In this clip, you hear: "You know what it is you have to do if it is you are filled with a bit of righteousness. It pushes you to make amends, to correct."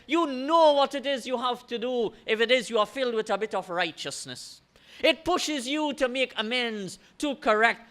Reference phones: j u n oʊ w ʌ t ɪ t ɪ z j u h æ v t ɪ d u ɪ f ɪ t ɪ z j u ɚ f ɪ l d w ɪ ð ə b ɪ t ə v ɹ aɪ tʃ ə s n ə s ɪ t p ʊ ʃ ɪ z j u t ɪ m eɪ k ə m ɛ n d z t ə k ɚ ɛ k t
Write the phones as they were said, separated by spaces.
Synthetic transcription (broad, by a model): j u n oʊ w ʌ t ɪ t ɪ z j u h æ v t ɪ d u ɪ f ɪ t ɪ z j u ɚ f ɪ l d w ɪ ð ə b ɪ t ə v ɹ aɪ tʃ ə s n ə s ɪ t p ʊ ʃ ɪ z j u t ɪ m eɪ k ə m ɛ n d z t ə k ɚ ɛ k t